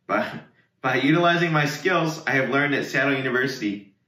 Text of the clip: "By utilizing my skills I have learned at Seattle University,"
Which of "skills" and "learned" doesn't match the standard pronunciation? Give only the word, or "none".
none